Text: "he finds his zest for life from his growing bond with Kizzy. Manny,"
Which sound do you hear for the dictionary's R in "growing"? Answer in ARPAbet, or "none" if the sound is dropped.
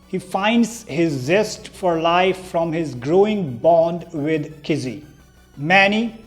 R